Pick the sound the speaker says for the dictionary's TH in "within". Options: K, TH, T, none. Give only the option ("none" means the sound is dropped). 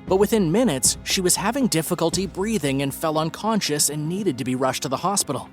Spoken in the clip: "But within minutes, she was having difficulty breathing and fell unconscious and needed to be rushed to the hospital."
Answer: TH